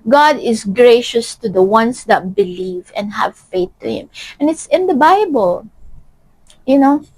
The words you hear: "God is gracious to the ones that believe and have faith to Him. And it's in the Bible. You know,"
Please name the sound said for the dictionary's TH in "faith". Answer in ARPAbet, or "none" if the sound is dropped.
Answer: TH